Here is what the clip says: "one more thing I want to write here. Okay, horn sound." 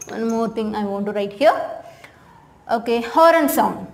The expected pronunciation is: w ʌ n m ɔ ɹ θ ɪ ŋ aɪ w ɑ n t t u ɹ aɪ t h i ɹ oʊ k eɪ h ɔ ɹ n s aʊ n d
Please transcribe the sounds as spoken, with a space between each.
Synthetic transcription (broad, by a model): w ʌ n m ɔ ɹ t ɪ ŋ aɪ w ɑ n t t u ɹ aɪ t h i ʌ oʊ k eɪ h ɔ ɹ n s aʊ n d